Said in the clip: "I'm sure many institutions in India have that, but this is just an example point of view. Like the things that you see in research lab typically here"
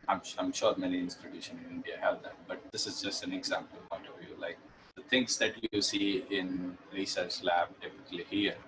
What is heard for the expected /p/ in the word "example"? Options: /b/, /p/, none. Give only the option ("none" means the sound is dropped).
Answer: /p/